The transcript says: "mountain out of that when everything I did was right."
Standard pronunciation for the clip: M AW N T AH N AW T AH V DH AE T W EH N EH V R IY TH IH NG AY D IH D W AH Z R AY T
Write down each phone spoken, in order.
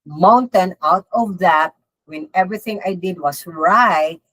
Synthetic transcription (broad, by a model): M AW N T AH N AW T AH V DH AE T W EH N EH V R IY TH IH NG AY D IH D W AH S R AY T